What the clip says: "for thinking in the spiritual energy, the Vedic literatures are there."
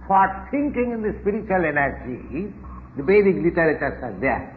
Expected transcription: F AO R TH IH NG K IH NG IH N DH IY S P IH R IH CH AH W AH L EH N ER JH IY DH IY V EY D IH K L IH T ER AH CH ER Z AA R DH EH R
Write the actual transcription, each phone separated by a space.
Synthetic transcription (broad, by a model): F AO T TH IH NG K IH NG IH N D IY S P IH R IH CH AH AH L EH N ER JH IY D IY B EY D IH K L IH T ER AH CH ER S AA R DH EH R